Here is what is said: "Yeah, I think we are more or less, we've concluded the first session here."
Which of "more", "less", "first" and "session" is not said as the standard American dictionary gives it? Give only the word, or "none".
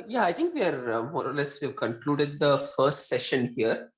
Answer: none